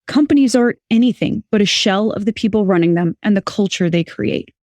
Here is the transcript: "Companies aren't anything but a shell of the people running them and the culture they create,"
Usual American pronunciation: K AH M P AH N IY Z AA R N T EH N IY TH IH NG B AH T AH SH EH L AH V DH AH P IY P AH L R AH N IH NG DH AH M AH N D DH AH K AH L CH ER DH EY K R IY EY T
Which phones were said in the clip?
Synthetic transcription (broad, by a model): K AH M P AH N IY Z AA R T EH N IY TH IH NG B AH T AH SH EH L AH V DH AH P IY P L R AH N IH NG DH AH M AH N DH AH K AH L CH ER DH EY K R IY EY T